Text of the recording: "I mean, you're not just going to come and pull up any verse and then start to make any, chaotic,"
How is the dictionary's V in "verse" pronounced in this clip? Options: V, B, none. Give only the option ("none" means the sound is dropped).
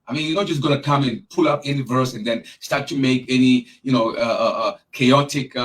V